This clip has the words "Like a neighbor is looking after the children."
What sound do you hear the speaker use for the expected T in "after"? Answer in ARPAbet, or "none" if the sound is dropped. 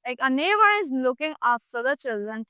S